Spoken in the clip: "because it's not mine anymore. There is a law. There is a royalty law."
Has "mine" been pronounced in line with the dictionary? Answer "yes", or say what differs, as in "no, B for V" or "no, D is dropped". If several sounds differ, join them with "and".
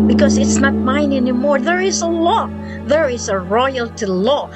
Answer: yes